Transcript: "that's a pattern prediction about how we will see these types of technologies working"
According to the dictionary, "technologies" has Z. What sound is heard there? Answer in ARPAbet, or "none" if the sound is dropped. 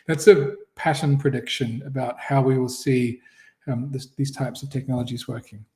Z